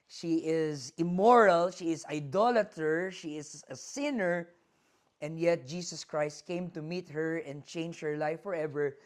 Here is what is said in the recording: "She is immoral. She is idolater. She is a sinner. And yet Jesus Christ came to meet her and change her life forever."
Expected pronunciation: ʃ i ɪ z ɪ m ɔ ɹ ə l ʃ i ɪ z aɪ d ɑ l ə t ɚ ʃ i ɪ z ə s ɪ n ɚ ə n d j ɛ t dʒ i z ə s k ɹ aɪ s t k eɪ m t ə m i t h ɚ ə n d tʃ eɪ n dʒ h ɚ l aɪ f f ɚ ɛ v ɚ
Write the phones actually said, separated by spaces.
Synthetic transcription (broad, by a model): ʃ i ɪ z ɪ m ɔ ɹ ə l ʃ i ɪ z aɪ d ɑ l ə t ɚ ʃ i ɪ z ə s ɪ n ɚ ə n d j ɛ t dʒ i s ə s k ɹ aɪ s t k eɪ m t ə m i t h ɚ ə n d tʃ eɪ n dʒ h ɚ l aɪ f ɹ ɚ ɛ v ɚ